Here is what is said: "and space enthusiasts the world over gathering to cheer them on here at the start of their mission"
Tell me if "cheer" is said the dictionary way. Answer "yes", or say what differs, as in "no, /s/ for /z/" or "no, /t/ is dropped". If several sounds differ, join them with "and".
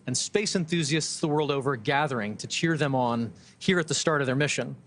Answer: yes